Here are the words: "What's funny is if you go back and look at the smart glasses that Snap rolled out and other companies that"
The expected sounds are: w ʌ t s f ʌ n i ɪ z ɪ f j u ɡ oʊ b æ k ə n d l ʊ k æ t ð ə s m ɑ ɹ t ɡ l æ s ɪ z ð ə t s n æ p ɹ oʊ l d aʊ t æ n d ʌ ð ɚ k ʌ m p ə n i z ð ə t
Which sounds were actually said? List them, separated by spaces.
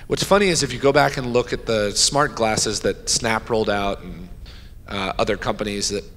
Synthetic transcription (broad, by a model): w ʌ t s f ʌ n i ɪ z ɪ f j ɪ ɡ oʊ b æ k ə n l ʊ k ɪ t ð ə s m ɑ ɹ t ɡ l æ s ɪ z ð ə t s n æ p ɹ oʊ l d aʊ t n ʌ ð ɚ k ʌ m p ə n i z ð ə t